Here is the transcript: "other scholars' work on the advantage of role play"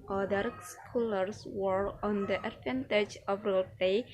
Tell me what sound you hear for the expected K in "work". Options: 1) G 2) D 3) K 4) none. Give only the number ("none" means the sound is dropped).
4